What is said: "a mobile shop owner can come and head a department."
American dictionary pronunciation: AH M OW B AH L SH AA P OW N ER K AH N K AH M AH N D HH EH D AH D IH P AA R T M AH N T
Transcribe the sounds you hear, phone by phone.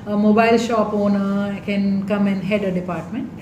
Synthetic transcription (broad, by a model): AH M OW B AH L SH AA P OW N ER K AH N K AH M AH N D HH EH D AH D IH P AA R T M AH N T